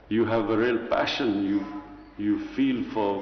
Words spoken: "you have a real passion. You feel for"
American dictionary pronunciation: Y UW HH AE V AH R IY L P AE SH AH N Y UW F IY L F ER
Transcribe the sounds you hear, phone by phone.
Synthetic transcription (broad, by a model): Y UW HH AE V AH R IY L P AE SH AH N Y UW F IY L F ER